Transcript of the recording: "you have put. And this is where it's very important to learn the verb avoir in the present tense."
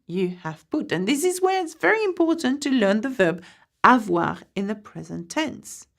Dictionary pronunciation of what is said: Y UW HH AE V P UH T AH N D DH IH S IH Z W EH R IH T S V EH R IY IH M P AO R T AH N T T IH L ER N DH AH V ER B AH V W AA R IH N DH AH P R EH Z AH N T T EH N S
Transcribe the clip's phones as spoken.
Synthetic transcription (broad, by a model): Y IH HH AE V P UH T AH N DH IH S IH Z W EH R IH T S V EH R IY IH M P AO R T N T T IH L ER N DH AH V ER B AH V W AA R IH N DH AH P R EH Z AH N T T EH N S